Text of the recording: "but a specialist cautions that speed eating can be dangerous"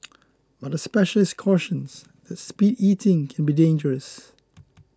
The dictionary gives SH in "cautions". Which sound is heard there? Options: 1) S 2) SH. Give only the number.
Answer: 2